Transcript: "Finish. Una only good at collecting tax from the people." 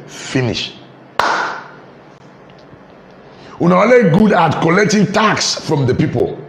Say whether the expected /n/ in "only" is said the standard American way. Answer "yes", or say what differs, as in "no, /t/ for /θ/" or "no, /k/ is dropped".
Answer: no, /n/ is dropped